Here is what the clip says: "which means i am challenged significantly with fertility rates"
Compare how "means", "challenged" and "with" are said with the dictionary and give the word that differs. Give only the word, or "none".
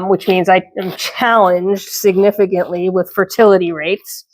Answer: none